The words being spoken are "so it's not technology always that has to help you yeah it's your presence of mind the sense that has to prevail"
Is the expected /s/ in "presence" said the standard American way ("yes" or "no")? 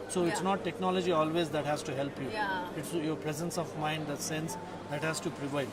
yes